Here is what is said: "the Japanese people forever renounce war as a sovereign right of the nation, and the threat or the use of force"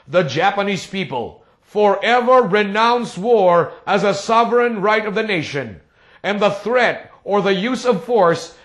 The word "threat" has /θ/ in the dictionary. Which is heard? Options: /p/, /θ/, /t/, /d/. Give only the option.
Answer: /θ/